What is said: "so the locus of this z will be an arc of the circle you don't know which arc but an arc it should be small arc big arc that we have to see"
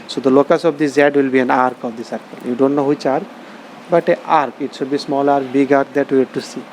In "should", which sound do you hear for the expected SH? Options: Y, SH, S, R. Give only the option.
S